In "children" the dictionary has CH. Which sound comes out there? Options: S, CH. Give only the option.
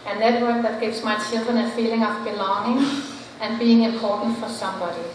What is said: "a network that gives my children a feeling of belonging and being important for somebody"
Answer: S